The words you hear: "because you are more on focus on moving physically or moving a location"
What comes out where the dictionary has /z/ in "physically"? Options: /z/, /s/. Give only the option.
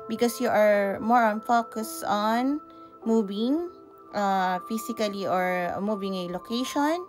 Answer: /s/